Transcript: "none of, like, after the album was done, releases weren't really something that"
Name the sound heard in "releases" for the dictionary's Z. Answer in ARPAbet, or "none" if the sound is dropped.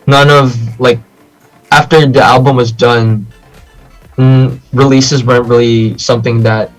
Z